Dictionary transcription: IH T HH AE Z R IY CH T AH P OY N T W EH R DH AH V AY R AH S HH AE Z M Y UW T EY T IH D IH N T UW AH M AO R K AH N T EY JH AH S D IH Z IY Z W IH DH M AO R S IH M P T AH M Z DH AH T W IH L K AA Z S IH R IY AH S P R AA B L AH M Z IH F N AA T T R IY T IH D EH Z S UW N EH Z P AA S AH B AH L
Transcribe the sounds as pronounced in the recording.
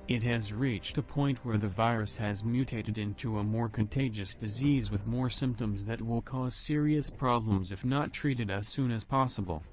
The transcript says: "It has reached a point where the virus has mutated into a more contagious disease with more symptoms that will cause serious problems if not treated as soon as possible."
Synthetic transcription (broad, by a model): IH T HH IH Z R IY CH T AH P OY N T W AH R DH AH V AY R AH S HH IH Z M Y UW T EY T IH D IH N T UW AH M AO R K AH N T EY JH AH S D IH Z IY Z W IH DH M AO R S IH M P T AH M Z DH AH T W IH L K AA Z S IH R IY AH S P R AA B L AH M Z IH F N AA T T R IY T IH D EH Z S UW N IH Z P AA S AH B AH L